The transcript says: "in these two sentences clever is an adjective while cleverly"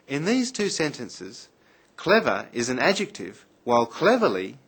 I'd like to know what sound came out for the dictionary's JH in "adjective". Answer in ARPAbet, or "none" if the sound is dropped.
JH